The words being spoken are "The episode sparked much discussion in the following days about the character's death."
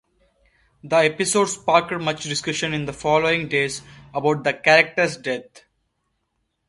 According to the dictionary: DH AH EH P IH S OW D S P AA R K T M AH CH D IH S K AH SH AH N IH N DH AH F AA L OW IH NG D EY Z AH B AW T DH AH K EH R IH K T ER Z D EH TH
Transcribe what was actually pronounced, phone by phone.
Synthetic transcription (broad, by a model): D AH EH P IH S OW D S P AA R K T M AH CH D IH S K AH SH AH N IH N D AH F AA L OW IH NG D EY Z AH B AW T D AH K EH R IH K T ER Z D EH T